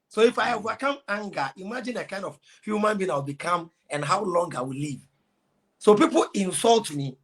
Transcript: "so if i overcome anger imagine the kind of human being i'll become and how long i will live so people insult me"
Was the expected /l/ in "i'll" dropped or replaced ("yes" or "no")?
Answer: yes